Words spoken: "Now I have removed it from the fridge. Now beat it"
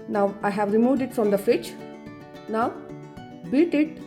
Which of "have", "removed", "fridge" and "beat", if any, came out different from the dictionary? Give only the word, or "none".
fridge